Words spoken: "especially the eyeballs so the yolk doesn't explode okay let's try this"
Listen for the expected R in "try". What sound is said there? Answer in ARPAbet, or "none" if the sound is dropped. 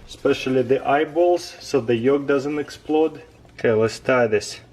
none